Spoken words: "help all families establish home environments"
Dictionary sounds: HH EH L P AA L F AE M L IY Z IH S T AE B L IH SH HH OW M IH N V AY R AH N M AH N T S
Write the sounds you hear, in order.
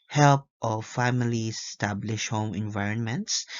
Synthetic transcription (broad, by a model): HH EH L P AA F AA M IY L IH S T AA B L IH SH HH OW M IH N V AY R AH N M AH N T S